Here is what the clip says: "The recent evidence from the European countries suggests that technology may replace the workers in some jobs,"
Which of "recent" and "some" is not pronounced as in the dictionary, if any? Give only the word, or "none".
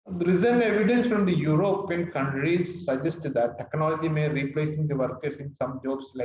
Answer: recent